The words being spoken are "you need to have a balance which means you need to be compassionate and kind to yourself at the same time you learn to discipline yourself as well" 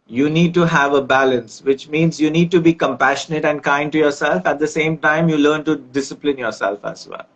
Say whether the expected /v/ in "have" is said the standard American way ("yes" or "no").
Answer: yes